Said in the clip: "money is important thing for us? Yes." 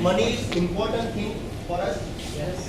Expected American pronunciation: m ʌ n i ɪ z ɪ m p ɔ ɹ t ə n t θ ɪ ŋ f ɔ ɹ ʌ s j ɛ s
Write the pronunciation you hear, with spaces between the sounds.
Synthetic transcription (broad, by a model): m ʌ n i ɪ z ɪ m p ɔ ɹ t ə n t t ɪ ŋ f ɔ ɹ ʌ s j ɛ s